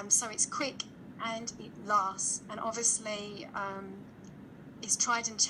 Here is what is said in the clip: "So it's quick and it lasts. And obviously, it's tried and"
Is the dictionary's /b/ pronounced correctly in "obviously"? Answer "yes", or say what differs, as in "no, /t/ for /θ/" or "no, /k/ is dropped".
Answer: no, /b/ is dropped